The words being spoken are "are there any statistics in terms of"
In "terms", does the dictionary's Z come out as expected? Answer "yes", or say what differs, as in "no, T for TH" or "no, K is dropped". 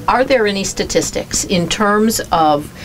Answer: yes